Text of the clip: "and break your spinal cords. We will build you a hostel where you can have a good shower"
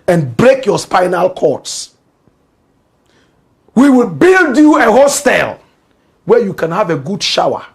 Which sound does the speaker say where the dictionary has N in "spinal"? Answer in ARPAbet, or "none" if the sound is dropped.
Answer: N